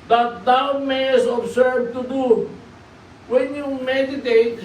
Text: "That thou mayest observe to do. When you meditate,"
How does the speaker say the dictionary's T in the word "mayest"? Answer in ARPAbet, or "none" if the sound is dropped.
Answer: none